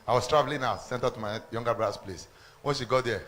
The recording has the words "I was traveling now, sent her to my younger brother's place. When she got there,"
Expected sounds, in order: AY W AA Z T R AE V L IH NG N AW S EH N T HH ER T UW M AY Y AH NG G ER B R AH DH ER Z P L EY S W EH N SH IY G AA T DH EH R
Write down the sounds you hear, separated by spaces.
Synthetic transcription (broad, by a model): AY W AA S T R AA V L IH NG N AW S EH N T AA T UW M AY Y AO NG G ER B R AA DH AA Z P L EY S W EH N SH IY G AA T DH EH